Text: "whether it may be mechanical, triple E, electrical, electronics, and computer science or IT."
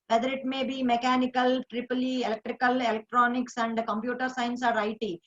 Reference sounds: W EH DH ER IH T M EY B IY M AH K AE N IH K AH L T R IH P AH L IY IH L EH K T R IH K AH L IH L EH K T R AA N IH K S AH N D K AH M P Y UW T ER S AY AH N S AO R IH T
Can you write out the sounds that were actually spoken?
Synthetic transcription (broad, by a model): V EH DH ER IH T M EY B IY M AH K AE N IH K AH L T R IH P AH L IY IH L EH K T R IH K AH L IH L EH K T R AA N IH K S AH N D K AH M P Y UW T ER S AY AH N S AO R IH T